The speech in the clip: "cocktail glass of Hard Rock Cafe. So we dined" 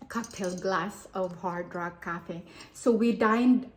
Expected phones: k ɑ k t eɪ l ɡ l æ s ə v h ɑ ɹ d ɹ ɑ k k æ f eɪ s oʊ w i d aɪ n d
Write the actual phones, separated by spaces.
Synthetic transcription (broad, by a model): k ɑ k t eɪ l ɡ l æ s ə v h ɑ ɹ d ɹ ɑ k k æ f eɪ s oʊ w i d aɪ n d